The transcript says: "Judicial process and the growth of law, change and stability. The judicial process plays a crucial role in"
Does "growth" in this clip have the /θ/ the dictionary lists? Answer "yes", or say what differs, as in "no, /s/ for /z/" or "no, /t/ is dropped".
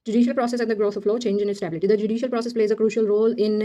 no, /t/ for /θ/